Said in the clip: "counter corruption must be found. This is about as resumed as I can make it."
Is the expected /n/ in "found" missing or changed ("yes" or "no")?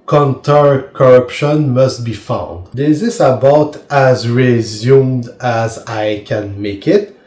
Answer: no